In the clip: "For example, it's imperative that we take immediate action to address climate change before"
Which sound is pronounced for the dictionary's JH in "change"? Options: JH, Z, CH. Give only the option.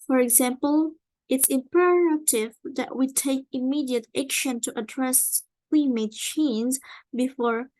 Z